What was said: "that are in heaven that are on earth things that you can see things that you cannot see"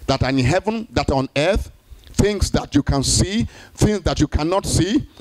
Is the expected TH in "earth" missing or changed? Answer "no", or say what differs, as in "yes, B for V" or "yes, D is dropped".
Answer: no